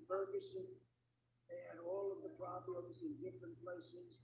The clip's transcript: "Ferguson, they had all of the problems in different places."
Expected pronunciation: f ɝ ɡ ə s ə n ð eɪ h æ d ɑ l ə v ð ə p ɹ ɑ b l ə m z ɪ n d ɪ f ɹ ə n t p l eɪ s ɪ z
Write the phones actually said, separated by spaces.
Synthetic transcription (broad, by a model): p ɝ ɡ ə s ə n ð eɪ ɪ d ɑ l ə v ð ə p ɹ ɑ b l ə m z ɪ n d ɪ f ɹ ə n p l eɪ s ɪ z